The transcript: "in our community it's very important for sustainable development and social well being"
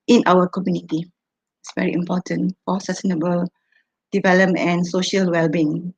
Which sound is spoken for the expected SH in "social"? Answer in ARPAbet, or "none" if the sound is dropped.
SH